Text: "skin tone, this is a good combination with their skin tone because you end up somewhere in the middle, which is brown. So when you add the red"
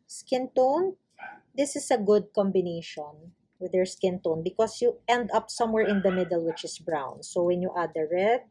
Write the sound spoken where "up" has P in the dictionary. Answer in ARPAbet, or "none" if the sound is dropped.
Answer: P